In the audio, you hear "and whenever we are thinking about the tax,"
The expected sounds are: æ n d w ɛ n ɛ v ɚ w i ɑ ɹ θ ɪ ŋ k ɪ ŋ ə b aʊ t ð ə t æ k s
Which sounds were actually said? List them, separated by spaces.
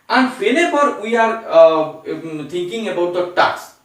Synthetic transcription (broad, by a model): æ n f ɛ l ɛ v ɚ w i ɑ ɹ t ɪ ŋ k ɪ ŋ ə b aʊ t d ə t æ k s